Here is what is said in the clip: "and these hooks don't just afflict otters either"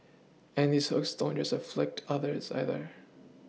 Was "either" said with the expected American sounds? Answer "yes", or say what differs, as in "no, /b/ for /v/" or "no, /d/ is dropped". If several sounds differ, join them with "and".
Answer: yes